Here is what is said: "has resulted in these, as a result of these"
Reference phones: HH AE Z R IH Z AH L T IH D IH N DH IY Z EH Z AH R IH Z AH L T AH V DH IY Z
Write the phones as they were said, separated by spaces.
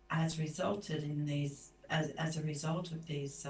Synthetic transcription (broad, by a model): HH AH Z R IH Z AH L T IH D IH N DH IY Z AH Z AH R IH Z AH L T AH V DH IY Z